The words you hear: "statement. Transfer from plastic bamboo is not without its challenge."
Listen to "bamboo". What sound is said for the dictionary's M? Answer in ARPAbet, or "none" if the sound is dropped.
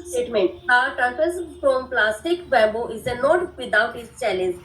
none